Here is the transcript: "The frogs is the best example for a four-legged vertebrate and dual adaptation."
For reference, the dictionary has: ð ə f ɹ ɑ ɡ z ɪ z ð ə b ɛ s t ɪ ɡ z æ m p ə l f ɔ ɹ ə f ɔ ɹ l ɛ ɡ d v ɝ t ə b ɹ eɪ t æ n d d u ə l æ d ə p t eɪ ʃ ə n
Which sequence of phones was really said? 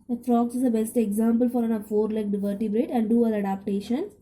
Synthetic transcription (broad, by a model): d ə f ɹ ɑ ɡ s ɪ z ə b ɛ s t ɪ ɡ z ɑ m p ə l f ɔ ɹ ə f ɔ ɹ l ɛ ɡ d v ɝ t ə b ɹ eɪ t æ n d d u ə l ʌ d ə p t eɪ ʃ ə n